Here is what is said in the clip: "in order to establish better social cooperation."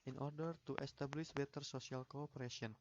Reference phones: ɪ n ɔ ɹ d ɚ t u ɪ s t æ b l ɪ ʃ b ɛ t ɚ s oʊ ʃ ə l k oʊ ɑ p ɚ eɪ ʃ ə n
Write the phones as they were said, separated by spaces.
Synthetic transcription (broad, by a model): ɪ n ɔ ɹ d ɚ t u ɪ s t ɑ b l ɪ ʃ b ɛ t ɚ s oʊ s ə l k oʊ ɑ p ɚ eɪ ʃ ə n